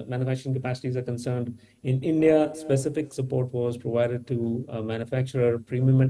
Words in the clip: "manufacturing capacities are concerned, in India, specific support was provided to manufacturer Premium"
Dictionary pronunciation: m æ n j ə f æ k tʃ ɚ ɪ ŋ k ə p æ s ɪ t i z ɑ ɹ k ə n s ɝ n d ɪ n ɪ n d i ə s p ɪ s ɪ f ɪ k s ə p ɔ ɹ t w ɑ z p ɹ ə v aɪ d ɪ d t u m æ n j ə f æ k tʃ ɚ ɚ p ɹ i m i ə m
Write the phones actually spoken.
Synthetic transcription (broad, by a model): m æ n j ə f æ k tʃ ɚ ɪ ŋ k ə p æ s ɪ t i z ɑ ɹ k ə n s ɝ n d ɪ n ɪ n d i ə s p ɪ s ɪ f ɪ k s ə p ɔ ɹ t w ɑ z p ɹ ə v aɪ d ɪ d t u m æ n j ə f æ k tʃ ɚ ɚ p ɹ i m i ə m